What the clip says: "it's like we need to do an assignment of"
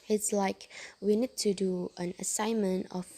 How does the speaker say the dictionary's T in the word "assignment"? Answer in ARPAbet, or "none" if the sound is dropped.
T